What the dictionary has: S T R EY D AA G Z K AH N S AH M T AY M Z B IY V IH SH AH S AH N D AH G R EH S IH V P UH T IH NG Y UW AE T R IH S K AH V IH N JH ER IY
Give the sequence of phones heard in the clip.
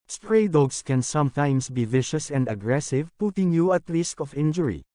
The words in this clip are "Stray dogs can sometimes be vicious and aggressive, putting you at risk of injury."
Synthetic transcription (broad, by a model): S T R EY D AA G S K AH N S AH M T AY M S B IY V IH SH AH S AH N D AH G R EH S IH V P UH T IH NG Y UW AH T L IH S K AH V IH N JH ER IY